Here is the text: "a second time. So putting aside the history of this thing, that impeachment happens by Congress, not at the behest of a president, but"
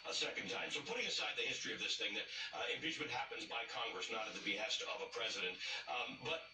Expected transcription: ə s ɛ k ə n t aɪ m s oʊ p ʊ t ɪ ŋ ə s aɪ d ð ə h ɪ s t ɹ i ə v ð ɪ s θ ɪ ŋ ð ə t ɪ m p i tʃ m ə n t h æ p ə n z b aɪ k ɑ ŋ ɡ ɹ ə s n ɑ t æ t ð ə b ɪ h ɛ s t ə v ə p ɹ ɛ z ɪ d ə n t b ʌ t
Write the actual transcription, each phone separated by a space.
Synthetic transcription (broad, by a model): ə s ɛ k ə n t aɪ m s oʊ p ʊ t ɪ ŋ ə s aɪ d ð ə h ɪ s t ɹ i ə v ð ɪ s θ ɪ ŋ ð ə t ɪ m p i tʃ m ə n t h æ p ə n z b aɪ k ɑ ŋ ɡ ɹ ə s n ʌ t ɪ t ð ə b ɪ h ɛ s t ə v ə p ɹ ɛ z ɪ d ə n t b ʌ t